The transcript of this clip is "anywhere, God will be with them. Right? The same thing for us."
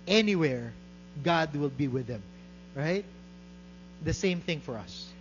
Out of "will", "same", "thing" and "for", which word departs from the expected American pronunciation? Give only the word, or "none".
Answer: none